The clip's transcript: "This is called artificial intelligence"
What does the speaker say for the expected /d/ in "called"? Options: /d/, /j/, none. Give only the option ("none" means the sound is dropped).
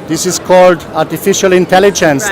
/d/